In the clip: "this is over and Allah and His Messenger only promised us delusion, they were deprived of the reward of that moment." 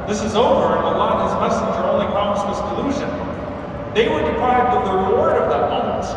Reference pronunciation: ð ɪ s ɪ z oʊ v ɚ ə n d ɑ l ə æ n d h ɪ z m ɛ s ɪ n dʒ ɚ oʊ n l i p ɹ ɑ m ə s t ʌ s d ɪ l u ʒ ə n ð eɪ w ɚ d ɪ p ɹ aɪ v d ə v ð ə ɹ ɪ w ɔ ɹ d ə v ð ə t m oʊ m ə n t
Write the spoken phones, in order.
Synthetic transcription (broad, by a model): ð ɪ s ɪ z oʊ v ɚ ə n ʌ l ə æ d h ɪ z m ɛ s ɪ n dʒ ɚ oʊ n l i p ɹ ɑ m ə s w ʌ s d ɪ l u ʒ ə n ð eɪ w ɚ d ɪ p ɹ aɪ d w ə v ð ə ɹ ɪ w ɔ ɹ d ə v ð ə t m oʊ m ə n t